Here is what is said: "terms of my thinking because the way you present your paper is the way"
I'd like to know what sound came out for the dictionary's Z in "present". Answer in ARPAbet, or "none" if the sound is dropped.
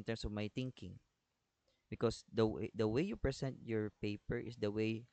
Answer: S